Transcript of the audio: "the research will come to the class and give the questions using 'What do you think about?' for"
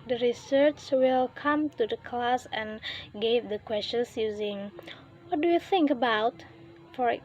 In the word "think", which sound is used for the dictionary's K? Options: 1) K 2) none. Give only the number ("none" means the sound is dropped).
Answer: 1